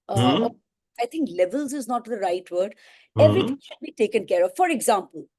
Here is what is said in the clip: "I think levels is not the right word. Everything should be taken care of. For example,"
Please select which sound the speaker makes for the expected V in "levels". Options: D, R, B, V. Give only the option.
V